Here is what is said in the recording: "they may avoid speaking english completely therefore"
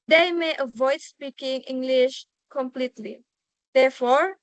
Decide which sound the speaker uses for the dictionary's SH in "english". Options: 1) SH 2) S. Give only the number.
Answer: 1